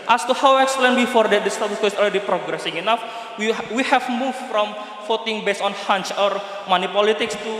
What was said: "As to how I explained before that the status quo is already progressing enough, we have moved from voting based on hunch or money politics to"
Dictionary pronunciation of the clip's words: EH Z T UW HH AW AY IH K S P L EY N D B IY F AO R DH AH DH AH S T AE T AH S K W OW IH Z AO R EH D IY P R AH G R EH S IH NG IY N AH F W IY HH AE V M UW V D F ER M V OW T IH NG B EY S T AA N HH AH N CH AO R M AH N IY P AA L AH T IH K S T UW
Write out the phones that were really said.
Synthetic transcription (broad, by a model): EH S T UW HH AW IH K S L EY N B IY F AO R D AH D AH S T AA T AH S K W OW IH S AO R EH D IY P R AH G R EH S IH NG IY N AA F W IY HH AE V M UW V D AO M F OW T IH NG B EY S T AA N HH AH N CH AO R M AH N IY P AA L AH T IH K S T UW